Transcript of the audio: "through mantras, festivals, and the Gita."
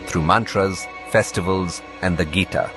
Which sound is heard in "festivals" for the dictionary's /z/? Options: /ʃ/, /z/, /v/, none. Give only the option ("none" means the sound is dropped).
/z/